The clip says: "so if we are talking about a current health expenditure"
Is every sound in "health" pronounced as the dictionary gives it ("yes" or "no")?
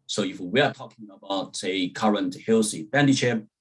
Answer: no